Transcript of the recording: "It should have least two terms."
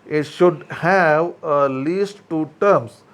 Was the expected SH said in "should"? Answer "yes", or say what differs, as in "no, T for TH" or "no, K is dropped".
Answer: yes